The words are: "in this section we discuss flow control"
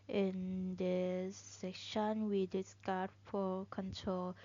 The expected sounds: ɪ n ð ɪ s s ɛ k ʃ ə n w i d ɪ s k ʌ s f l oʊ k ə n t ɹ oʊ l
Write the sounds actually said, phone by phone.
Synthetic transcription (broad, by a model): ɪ n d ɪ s s ɛ k ʃ ə n w i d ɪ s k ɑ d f oʊ k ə n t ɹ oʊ l